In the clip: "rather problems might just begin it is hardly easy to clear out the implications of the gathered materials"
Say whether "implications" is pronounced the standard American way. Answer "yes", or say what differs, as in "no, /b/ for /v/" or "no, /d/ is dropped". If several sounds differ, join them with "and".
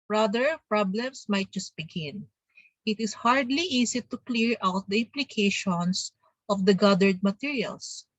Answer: no, /s/ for /z/